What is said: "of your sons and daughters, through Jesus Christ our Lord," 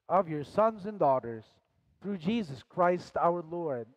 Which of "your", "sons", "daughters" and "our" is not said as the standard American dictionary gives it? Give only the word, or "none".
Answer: none